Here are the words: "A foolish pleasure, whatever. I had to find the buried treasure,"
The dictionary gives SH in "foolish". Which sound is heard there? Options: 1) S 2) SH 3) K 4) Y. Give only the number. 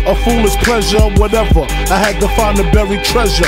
1